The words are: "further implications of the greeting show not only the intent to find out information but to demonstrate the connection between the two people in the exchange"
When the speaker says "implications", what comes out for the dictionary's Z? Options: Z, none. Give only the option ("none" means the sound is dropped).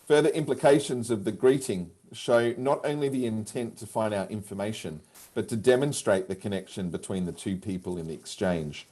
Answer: Z